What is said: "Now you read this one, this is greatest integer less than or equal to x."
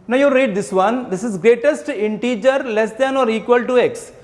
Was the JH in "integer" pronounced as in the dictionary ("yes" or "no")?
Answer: yes